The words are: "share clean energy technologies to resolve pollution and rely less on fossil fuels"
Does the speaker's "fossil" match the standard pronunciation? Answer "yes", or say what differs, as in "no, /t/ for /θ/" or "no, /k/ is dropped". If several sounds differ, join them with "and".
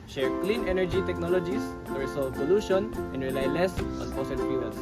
no, /p/ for /f/ and /n/ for /l/